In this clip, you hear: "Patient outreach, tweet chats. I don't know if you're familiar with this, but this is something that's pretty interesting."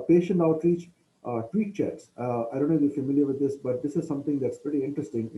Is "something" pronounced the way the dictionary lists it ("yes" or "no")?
no